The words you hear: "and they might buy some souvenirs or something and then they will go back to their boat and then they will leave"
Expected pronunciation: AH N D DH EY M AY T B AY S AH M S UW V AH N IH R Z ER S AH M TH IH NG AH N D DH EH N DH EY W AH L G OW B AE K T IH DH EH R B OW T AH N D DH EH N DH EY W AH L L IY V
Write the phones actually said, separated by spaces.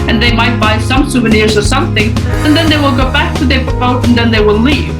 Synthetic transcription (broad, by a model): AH N DH EY M AY T B AY S AH M S UW V AH N IH R Z ER S AH M TH IH NG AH N DH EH N DH EY W AH L G OW B AE K T IH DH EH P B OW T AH N DH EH N DH EY W AH L L IY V